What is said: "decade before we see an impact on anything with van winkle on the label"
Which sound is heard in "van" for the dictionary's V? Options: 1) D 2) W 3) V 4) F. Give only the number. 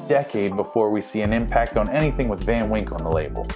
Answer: 3